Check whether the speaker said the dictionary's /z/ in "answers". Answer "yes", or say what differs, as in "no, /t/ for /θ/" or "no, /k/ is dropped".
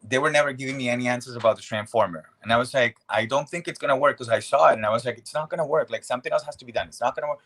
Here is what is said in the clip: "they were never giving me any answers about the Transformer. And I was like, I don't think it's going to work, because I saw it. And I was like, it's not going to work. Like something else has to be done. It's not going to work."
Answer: yes